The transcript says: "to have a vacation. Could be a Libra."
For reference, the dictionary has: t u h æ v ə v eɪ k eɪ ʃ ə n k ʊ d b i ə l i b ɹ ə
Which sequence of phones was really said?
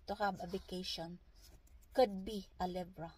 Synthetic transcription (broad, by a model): t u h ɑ b ə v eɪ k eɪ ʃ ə n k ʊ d b i ə l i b ɹ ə